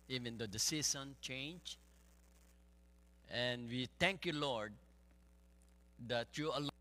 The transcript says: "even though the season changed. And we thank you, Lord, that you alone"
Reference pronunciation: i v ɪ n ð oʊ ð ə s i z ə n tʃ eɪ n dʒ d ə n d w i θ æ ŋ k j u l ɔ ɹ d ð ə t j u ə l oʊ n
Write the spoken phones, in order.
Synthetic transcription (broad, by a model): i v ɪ n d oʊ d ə s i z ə n tʃ eɪ n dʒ ə n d w i t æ ŋ k j u l ɔ ɹ d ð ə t j u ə l